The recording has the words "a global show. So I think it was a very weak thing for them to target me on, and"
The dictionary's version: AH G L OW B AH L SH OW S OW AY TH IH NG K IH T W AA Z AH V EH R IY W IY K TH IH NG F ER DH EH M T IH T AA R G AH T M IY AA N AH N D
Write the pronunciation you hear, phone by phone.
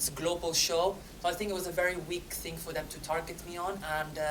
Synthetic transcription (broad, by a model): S G L OW B AH L SH OW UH AY TH IH NG K IH T W AA Z AH V EH R IY W IY K TH IH NG F ER DH EH M T IH T AA R G AH T M IY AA N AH N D